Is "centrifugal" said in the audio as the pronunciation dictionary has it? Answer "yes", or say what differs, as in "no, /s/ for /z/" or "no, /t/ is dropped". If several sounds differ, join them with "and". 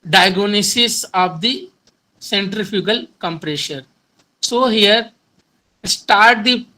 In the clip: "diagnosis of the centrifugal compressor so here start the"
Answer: yes